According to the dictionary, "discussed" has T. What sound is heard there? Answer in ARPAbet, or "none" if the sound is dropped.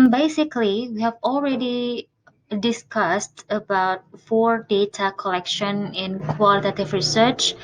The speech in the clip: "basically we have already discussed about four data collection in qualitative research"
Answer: T